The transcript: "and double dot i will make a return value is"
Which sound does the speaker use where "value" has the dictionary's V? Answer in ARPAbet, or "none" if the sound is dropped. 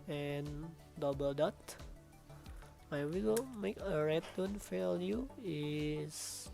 F